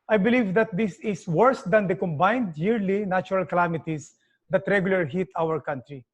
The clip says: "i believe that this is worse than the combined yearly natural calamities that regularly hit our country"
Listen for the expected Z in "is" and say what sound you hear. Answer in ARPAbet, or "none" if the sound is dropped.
S